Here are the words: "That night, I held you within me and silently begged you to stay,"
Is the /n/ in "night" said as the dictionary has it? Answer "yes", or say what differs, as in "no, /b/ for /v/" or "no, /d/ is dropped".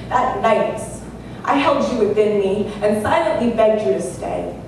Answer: no, /l/ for /n/